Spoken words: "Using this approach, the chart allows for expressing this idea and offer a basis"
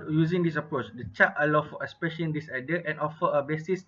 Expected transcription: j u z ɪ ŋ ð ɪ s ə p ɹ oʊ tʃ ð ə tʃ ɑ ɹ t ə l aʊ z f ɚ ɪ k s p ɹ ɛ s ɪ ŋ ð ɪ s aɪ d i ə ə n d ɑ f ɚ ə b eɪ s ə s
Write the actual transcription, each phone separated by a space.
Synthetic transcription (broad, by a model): j u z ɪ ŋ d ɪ s ə p ɹ oʊ tʃ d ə tʃ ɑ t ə l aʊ f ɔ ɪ s p ɛ ʃ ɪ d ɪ s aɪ d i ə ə n ɑ f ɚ ə b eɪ s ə s